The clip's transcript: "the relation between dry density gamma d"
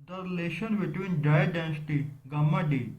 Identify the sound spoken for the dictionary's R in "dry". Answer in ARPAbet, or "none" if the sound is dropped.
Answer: none